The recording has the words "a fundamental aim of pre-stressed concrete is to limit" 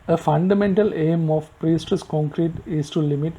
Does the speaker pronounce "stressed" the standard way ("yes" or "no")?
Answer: no